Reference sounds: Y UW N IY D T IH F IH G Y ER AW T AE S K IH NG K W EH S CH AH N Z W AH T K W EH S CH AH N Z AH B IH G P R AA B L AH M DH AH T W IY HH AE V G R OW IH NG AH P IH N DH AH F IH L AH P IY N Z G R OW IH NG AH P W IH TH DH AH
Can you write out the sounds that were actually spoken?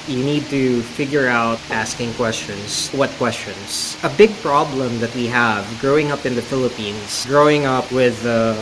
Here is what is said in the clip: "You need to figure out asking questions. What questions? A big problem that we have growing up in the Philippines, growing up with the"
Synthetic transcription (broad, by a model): Y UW N IY D T IH F IH G Y ER AW T AE S K IH NG K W EH S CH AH N S W AH T K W EH S CH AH N S AH B IH G P R AA B L AH M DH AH T W IY HH AE V G R OW IH NG AH P IH N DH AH F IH L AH P IY N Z G R OW IH NG AH P W IH DH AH